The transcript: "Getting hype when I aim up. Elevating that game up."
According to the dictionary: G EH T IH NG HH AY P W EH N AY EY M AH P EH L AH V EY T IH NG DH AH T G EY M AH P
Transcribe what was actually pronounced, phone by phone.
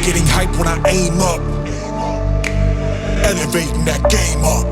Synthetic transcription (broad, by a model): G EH T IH NG HH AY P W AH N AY EY M AH P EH N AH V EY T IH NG DH AH T G EY M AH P